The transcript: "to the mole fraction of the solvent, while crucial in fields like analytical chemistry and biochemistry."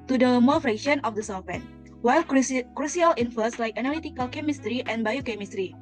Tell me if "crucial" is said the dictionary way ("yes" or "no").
no